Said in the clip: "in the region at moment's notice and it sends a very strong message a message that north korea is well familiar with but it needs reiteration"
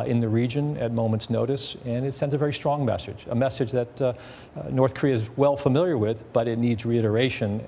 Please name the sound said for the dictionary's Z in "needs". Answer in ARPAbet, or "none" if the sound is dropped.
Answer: Z